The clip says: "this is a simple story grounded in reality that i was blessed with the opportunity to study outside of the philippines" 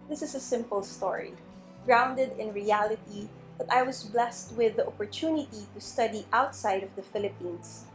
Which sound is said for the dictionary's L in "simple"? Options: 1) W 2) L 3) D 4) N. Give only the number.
2